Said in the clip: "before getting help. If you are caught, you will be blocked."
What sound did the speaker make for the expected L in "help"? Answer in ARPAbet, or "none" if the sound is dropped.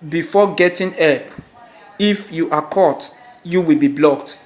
none